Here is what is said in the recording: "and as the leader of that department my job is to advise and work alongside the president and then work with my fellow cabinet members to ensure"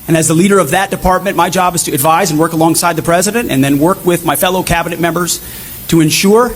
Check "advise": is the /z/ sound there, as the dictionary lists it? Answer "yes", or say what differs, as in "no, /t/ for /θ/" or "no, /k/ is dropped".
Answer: yes